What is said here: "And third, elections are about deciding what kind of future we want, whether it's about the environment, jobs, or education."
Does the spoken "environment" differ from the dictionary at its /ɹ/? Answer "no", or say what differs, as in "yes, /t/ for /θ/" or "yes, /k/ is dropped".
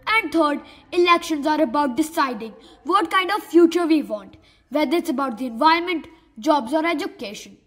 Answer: yes, /ɹ/ is dropped